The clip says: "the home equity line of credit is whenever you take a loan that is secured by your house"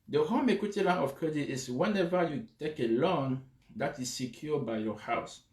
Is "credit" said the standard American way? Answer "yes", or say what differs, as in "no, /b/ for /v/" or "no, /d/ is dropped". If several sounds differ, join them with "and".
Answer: yes